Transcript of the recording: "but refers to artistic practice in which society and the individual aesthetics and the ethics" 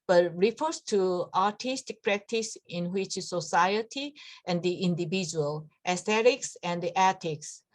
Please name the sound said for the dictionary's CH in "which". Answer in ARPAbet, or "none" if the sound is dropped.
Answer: CH